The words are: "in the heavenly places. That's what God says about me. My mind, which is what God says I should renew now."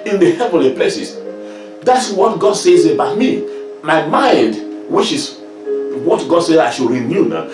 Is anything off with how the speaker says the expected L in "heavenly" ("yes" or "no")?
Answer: no